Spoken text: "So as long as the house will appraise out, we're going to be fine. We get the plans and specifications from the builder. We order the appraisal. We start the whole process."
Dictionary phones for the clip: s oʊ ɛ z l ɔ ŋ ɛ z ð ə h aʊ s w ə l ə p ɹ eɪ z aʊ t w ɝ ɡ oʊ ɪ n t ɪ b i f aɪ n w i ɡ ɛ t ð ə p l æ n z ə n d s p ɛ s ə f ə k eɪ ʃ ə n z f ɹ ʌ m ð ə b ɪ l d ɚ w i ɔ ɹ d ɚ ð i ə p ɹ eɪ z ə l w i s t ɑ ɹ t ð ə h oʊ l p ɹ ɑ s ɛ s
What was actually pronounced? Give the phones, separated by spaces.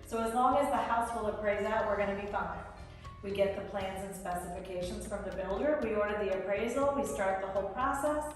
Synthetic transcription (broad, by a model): s oʊ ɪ z l ɔ ŋ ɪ z ð ə h aʊ s w ə l ə p ɹ eɪ z aʊ t w ɝ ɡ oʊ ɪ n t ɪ b i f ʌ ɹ w i ɡ ɛ t ð ə p l æ n z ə n s p ɛ s ə f ə k eɪ ʃ ə n z f ɹ ʌ m ð ə b ɪ l d ɚ w i ɔ ɹ d ɚ ð i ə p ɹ eɪ z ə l w i s t ɑ ɹ t ð ə h oʊ l p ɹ ɑ s ɛ s